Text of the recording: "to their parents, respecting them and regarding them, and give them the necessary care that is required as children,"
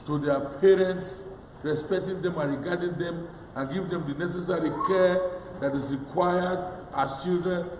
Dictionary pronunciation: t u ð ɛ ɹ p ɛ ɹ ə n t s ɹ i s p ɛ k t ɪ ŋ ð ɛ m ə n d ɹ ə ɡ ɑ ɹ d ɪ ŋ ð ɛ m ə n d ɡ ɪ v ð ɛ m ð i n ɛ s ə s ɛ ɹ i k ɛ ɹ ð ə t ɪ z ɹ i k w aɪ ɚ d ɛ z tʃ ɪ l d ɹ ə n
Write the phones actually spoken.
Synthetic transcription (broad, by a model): t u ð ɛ p ɛ ɹ ə n t s ɹ i s p ɛ k t ɪ ŋ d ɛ m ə n ɹ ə ɡ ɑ d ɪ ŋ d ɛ m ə n ɡ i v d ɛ m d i n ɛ s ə s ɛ ɹ i k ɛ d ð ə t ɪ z ɹ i k w aɪ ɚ d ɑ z tʃ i l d ɹ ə n